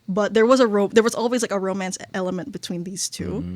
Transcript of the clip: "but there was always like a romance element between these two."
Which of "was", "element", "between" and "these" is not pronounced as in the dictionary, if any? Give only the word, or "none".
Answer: none